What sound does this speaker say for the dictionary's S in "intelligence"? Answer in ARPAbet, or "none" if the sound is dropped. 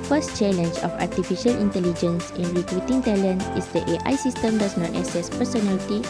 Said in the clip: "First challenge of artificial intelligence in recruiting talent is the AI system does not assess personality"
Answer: S